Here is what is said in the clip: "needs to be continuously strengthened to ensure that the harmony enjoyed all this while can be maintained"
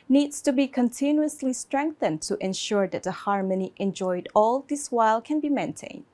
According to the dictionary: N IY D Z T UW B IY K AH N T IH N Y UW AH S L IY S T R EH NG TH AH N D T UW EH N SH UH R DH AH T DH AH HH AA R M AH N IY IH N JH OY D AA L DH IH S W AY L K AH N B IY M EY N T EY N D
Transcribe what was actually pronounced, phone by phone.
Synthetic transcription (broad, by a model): N IY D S T UW B IY K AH N T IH N Y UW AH S L IY S T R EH NG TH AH N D T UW EH N SH UH R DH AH T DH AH HH AA R M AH N IY IH N JH OY D AA L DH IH S W AY L K AH N B IY M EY N T EY N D